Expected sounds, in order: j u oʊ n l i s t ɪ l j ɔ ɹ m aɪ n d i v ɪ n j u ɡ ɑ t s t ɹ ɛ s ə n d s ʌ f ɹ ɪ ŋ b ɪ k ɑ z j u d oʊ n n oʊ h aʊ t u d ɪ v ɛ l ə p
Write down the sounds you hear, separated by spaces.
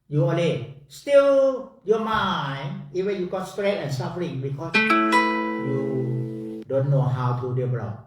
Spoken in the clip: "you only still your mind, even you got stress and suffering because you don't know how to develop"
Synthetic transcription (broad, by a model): j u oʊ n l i s t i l j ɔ m aɪ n i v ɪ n j u ɡ ɑ t s t ɹ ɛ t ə n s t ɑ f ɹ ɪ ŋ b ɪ k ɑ s j u d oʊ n n oʊ h aʊ t u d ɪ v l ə